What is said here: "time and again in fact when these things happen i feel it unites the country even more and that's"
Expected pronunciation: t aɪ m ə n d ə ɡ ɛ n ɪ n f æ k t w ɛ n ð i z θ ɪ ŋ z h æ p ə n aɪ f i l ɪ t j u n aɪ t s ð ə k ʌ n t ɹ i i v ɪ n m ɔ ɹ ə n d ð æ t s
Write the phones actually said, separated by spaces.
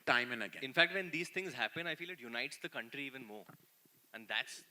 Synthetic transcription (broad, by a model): t aɪ m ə n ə ɡ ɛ ɪ n f æ k t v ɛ n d i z t ɪ ŋ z h æ p ə n aɪ f i l ɪ t j u n aɪ t s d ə k ʌ n t ɹ i i v ɪ n m ɔ ɹ ə n d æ t s